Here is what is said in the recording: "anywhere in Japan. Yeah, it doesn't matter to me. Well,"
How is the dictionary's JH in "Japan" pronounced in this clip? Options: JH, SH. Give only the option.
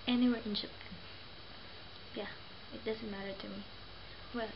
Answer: SH